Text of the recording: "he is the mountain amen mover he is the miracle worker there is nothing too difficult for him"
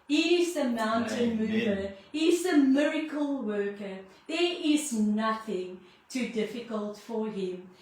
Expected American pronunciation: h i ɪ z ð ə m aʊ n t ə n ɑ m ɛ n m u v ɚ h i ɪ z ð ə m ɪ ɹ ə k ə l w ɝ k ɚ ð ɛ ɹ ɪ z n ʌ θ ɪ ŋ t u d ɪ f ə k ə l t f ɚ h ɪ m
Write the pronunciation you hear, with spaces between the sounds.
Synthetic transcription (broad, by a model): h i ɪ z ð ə m aʊ n t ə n n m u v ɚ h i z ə m ɪ ɹ ə k ə l w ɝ k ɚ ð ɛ ɹ ɪ z n ʌ θ ɪ ŋ t u d ɪ f ə k ə l t f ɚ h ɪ m